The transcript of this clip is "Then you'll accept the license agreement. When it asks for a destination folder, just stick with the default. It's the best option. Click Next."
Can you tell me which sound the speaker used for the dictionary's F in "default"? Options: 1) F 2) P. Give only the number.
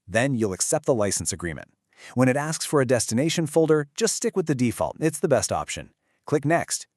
1